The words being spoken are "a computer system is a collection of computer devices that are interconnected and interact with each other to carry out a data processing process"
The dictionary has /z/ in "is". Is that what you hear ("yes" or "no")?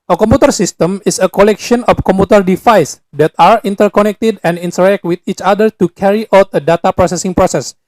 no